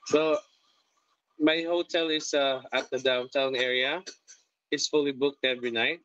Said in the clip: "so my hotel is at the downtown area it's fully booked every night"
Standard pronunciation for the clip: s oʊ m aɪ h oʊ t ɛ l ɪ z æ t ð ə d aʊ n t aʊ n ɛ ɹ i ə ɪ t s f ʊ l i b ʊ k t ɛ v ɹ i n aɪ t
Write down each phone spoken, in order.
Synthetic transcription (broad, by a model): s oʊ m aɪ h oʊ t ɛ l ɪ s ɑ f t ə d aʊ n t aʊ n ɛ ɹ i ə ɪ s f ʊ l i b ʊ k t ɛ v ɹ i n aɪ t